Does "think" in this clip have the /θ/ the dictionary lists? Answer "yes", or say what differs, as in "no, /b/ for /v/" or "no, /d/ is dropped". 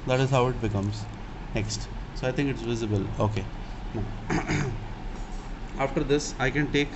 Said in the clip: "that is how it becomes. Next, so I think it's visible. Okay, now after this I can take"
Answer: no, /t/ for /θ/